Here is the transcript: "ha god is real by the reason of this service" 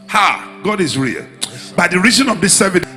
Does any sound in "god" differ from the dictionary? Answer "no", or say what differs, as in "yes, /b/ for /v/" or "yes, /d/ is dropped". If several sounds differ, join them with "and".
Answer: no